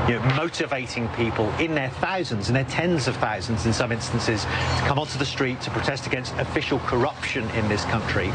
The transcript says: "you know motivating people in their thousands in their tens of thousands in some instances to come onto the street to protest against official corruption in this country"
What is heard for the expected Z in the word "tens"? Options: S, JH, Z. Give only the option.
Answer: Z